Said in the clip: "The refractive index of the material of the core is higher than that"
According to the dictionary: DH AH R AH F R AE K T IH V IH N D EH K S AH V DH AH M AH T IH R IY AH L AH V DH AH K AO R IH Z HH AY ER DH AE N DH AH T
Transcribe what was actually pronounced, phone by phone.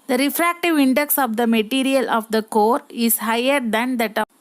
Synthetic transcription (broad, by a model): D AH R AH F R AE K T IH V IH N D EH K S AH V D AH M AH T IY R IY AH L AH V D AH K AO R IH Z HH AY ER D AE N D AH T